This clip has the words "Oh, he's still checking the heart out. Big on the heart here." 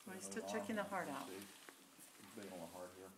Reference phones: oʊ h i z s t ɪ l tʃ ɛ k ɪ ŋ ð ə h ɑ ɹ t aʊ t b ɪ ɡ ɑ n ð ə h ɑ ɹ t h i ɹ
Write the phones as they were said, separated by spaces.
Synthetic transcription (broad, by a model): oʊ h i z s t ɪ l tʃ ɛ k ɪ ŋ ð ə h ɑ ɹ t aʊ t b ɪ ɑ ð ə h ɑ ɹ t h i ɹ